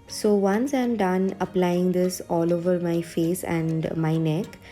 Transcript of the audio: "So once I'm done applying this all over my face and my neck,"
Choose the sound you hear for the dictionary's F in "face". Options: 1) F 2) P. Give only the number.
1